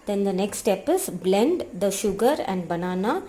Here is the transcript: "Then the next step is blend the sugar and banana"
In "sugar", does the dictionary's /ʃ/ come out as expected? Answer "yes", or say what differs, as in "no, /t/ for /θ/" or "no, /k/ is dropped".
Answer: yes